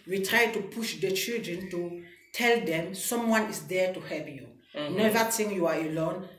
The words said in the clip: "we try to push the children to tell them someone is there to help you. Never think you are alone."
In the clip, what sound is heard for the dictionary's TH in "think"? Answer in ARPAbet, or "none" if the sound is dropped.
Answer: T